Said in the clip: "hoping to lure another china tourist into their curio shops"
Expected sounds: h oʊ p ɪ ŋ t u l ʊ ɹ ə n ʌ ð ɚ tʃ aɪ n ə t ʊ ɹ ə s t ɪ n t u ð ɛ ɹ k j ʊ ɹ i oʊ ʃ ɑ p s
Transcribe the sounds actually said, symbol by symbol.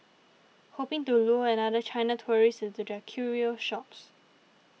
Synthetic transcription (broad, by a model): h oʊ p ɪ ŋ t u l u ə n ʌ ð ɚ tʃ aɪ n ə t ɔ ɹ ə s ɪ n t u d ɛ k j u ɹ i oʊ ʃ ɑ p s